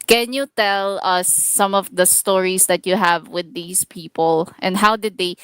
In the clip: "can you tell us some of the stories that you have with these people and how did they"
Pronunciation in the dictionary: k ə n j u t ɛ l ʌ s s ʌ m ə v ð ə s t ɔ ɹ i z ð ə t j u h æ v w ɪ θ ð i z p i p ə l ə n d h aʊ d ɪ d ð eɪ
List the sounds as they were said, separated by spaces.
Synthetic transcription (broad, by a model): k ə n j u t ɛ l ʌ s s ʌ m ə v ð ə s t ɔ ɹ i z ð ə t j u h æ v w ɪ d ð i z p i p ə l ə n d h aʊ d ɪ d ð eɪ